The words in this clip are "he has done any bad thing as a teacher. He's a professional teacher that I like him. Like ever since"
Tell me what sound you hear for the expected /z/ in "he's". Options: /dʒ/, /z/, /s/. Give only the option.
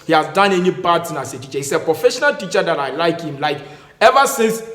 /s/